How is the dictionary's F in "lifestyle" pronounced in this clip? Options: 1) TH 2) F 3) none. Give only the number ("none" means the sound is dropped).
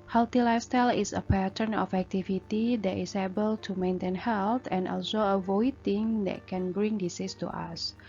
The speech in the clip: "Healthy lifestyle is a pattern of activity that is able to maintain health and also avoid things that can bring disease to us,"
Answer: 3